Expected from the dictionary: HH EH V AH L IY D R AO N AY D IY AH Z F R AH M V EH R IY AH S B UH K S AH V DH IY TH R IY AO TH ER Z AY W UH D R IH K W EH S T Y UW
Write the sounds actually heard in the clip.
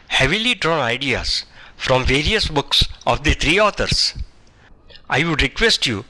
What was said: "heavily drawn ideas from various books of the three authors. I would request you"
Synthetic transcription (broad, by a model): HH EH V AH L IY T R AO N AY D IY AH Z F R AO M V EH R IY AH S B UH K S AH V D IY T R IY AO T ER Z AY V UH D R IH K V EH S T Y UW